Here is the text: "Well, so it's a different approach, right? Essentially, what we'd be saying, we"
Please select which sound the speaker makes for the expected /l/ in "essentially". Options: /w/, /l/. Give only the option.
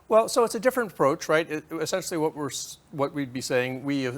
/w/